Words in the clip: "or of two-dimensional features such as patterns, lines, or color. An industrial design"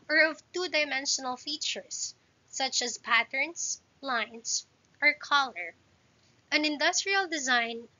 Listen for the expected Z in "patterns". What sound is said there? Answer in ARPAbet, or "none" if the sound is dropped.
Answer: S